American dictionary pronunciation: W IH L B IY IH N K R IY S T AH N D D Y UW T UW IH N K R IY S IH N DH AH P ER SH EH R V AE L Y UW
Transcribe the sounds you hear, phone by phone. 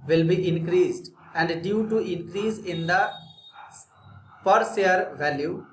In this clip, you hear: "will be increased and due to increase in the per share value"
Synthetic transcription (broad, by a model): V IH L B IY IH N K R IY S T AH N D D Y UW T UW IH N K R IY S IH N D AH P ER S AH R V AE L Y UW